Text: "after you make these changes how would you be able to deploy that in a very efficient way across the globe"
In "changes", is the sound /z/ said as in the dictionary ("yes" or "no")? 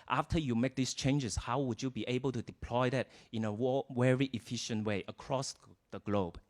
no